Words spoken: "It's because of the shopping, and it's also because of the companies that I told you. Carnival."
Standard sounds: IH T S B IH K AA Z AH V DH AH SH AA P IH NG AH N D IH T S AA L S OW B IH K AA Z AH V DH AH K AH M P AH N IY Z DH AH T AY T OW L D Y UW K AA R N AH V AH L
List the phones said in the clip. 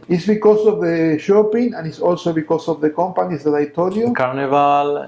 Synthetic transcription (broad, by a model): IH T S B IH K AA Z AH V DH AH SH AA P IH NG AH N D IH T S AA L S OW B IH K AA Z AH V DH AH K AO M P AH N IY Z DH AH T AY T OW D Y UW K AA R N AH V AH L